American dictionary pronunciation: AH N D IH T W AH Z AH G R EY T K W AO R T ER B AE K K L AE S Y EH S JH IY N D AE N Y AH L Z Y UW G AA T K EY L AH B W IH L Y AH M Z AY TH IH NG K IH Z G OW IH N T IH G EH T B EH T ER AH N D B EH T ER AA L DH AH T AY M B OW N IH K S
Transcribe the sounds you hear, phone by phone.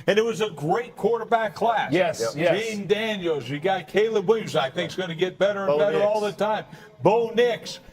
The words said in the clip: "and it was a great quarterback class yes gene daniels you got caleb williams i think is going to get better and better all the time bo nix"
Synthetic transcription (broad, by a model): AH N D IH T W AH Z AH G R EY T K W AO R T ER B AE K K L AE S Y EH S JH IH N D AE N Y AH L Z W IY G AA T K EY L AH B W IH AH Z AY TH IH NG K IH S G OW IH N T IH G EH T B EH T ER AH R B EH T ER AA L DH AH T AY M B OW N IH K S